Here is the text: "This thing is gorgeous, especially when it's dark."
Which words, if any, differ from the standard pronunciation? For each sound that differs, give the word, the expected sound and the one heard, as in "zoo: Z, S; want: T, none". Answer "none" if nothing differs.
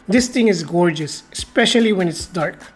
thing: TH, T